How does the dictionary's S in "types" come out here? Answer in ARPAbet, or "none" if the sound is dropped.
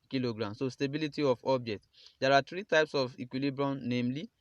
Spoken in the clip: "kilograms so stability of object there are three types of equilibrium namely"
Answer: S